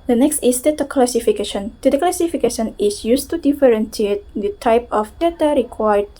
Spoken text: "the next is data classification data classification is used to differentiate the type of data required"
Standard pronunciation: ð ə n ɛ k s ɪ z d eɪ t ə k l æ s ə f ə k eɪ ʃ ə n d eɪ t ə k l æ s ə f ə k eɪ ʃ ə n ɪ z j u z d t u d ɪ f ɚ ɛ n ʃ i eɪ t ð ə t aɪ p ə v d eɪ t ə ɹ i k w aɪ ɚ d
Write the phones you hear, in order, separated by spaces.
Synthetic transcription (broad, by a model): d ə n ɛ k s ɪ s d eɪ t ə k l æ s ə f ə k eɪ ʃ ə n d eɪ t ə k l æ s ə f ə k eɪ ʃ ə n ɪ s j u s t u d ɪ f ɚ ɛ n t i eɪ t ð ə t aɪ p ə f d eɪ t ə ɹ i k w aɪ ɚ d